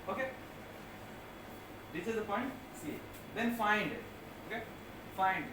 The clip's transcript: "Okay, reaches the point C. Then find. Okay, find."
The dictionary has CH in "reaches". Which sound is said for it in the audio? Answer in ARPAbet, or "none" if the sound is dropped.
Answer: S